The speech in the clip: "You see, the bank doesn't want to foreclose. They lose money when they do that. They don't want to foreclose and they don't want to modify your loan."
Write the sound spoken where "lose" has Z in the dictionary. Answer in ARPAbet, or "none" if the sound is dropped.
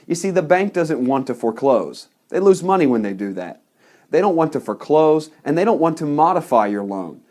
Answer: Z